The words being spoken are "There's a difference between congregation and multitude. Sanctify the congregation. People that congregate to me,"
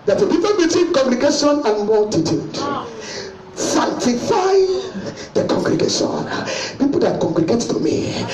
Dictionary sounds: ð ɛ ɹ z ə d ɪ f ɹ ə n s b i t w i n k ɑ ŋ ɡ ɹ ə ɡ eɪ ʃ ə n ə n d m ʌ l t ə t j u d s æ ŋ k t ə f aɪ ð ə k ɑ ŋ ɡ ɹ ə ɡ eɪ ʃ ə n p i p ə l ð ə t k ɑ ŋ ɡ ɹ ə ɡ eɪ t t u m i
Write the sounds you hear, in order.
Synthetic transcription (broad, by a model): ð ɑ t ə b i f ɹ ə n b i t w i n k ɑ ŋ ɡ ɹ ə ɡ eɪ ʃ ə n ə n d m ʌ l t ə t j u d s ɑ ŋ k t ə f aɪ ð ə k ɑ ŋ ɡ ɹ ə ɡ eɪ ʃ ə n p i p ə l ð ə t k ɑ ŋ ɡ ɹ ə ɡ eɪ t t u m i